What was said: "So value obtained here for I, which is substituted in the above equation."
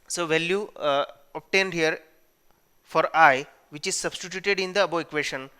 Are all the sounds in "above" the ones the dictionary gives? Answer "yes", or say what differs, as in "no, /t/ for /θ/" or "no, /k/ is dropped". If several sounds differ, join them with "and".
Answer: no, /v/ is dropped